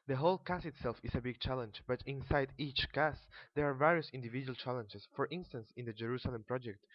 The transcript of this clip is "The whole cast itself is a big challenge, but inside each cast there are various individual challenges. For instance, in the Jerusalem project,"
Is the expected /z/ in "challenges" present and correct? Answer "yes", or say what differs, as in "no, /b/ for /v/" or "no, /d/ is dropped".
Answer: no, /s/ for /z/